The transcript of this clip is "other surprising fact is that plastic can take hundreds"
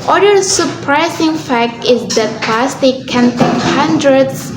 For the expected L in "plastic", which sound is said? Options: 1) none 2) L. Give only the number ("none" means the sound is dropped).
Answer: 1